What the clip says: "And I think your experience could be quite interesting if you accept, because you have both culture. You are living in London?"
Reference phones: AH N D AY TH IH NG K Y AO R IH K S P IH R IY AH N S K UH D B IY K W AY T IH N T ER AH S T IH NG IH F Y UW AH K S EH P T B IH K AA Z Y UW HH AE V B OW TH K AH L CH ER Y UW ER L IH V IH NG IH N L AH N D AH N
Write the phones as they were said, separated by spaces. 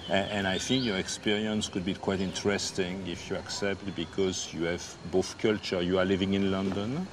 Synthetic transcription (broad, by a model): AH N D AY TH IH NG K Y AO R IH K S P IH R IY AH N S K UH D B IY K W AY T IH N T ER AH S T IH NG IH F Y UW AH K S EH P T B IH K AA Z Y UW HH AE V B OW TH K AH L CH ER Y UW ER L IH V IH NG IH N L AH N D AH N